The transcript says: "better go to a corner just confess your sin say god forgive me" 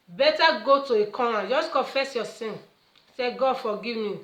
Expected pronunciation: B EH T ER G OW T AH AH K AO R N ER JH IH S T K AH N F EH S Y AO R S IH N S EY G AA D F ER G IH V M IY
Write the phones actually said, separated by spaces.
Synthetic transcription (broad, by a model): B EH T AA G OW T AH AH K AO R AA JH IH S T K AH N F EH S Y AO S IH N S EY G AA D F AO G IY V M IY